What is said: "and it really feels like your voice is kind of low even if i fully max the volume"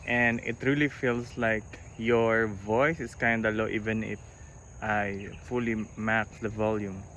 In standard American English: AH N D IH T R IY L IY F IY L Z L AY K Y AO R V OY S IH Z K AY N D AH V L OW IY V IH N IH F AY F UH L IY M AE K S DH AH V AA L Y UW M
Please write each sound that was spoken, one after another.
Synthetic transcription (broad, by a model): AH N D IH T R IY L IY F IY L S L AY K Y AO R V OY S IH S K AY N D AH L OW IY V IH N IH F AY F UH L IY M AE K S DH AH V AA L Y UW M